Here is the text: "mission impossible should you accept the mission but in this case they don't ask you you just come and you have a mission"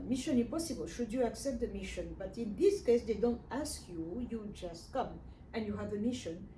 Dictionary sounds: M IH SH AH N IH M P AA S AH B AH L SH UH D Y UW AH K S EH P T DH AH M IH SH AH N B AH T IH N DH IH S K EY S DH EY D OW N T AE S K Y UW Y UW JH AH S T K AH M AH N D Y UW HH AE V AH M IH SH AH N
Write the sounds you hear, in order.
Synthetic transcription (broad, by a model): M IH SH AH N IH P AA S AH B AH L SH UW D Y UW AH K S EH P T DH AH M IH SH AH N B AH T IH N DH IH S K EY S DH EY D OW N T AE S K Y UW Y UW JH AH S T K AH M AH N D Y UW HH AE V AH M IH SH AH N